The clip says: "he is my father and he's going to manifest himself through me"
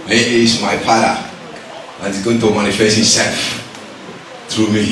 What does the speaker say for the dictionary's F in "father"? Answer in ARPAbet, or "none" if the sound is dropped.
P